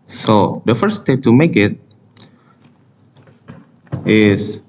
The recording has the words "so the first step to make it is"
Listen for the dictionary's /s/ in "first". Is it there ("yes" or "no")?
no